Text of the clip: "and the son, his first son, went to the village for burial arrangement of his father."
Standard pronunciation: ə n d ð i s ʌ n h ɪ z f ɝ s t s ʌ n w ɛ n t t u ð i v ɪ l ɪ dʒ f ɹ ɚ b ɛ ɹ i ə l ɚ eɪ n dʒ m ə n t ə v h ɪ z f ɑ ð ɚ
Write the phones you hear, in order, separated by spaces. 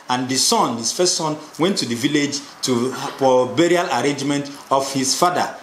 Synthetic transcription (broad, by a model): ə n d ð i s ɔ n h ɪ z f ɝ s t s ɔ n w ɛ n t t u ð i v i l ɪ dʒ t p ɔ b ɛ ɹ i ə l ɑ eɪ n dʒ m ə n t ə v h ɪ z f ɑ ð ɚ